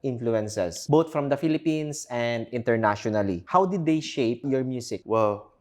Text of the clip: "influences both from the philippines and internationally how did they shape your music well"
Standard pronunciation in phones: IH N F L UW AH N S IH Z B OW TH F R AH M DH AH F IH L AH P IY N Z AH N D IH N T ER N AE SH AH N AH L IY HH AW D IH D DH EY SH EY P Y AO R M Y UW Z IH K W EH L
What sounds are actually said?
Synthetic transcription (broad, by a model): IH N F L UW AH N S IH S B OW T F R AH M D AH F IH L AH P IY N S AH N D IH N T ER N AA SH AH N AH L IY HH AW D IH D EY SH EY P Y AO R M Y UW S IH K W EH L